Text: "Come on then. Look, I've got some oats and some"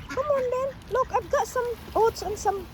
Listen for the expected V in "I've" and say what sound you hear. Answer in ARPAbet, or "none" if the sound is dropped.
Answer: P